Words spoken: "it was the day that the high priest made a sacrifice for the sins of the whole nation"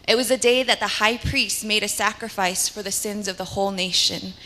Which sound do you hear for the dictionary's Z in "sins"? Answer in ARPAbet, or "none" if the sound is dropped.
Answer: Z